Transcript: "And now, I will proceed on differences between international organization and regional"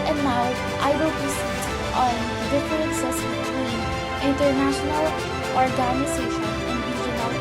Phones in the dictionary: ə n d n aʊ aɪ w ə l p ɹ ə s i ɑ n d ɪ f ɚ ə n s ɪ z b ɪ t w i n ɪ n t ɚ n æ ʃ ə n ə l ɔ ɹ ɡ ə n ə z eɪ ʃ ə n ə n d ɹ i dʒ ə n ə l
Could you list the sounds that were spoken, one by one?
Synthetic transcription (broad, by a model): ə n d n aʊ aɪ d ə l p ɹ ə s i ɑ n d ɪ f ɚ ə s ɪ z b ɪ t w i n ɪ n t ɚ n æ ʃ ə n ə l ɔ ɹ ɡ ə n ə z eɪ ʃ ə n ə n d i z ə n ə